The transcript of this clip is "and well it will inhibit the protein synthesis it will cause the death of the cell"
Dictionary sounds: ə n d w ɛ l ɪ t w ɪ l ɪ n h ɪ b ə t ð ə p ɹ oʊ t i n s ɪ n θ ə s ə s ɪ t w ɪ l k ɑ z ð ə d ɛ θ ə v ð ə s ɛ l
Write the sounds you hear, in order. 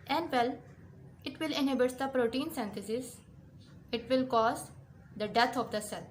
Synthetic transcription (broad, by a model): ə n d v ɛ l ɪ t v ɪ l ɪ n h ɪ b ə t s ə p ɹ oʊ t i n s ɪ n t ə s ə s ɪ t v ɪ l k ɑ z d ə d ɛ t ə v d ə s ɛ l